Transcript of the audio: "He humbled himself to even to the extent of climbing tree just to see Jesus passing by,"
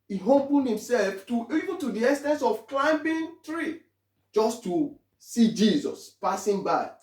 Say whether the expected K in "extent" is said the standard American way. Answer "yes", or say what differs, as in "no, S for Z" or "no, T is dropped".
no, K is dropped